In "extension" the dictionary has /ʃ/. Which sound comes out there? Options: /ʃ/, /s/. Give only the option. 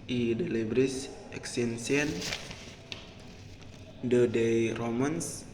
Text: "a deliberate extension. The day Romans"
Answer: /s/